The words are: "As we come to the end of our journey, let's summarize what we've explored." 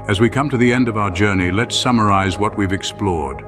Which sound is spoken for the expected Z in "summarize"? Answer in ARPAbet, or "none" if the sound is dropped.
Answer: Z